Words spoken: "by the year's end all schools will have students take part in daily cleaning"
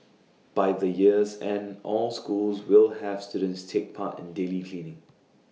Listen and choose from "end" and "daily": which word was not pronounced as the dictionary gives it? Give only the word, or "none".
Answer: end